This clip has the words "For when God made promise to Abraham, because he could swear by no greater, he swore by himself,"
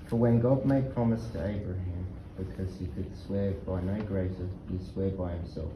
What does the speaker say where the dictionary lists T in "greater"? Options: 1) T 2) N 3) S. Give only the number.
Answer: 3